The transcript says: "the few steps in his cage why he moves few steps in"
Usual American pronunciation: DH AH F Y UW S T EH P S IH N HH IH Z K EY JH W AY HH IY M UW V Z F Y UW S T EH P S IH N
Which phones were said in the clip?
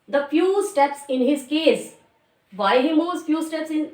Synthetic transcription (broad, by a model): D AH F Y UW S T EH P S IH N HH IH Z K EY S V AY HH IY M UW Z F Y UW S T EH P S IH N